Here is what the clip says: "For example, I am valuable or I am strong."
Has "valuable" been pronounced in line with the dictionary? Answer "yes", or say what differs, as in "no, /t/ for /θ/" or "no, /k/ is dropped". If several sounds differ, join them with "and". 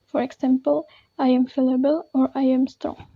no, /f/ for /v/